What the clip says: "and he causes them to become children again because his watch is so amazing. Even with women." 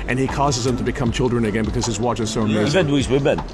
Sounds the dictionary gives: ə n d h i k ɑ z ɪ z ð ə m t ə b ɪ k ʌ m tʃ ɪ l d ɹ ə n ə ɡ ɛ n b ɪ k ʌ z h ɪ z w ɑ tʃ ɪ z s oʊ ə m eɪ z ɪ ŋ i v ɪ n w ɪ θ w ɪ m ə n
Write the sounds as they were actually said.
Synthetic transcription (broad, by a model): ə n i k ɑ z ɪ z ð ə m t ə b ɪ k ʌ m tʃ ɪ l d ɹ ə n ə ɡ ɛ n b ɪ k ʌ z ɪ z w ɑ tʃ ɪ z s oʊ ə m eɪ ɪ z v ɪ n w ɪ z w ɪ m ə n